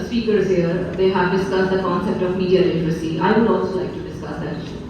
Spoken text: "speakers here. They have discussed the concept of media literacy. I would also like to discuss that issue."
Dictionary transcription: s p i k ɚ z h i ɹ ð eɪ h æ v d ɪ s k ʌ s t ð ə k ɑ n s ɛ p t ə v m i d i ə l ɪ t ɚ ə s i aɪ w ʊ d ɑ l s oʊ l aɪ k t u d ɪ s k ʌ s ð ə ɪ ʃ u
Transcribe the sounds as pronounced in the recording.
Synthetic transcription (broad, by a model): s p i k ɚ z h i ɹ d eɪ h æ v d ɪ s k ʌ s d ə k ɑ n s ɛ p t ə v m i d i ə n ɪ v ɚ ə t i aɪ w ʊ d ɑ l s oʊ l aɪ k t u d ɪ s k ʌ s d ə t